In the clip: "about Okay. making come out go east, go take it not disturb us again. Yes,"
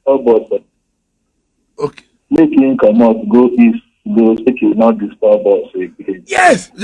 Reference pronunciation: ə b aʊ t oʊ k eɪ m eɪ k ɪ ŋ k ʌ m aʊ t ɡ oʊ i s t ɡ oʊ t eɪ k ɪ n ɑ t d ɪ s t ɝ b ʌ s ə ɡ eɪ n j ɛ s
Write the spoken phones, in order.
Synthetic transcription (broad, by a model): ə b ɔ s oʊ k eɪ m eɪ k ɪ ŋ k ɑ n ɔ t ɡ oʊ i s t ɡ oʊ s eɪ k ɪ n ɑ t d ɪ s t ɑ b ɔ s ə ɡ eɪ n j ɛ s